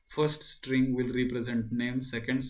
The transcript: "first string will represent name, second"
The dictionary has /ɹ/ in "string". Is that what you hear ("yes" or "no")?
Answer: yes